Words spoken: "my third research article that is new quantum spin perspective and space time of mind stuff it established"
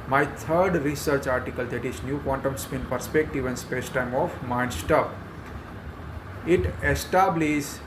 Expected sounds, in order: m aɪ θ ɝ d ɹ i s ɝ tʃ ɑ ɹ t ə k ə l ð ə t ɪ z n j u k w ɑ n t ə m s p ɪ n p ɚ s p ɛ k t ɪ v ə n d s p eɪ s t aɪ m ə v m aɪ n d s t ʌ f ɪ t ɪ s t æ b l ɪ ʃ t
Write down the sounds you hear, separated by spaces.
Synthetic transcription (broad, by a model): m aɪ t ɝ d ɹ i s ɝ tʃ ɑ ɹ t ə k ə l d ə t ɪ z n j u k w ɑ n t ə m s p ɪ n p ɚ s p ɛ k t ɪ v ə n s p eɪ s t aɪ m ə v m aɪ n d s t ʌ p ɪ t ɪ s t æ b l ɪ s